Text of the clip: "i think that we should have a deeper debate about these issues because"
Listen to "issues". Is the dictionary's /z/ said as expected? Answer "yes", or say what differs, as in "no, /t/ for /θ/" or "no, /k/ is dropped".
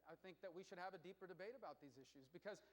yes